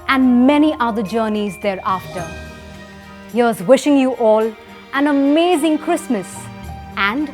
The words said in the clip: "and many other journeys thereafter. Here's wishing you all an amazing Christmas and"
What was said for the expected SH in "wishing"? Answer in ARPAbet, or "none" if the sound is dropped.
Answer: SH